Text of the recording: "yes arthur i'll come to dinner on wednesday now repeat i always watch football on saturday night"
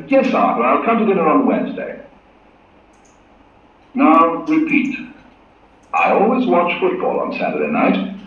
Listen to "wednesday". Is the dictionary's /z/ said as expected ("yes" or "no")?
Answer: yes